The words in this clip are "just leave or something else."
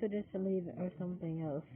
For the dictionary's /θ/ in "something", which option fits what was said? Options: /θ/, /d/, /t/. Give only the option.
/θ/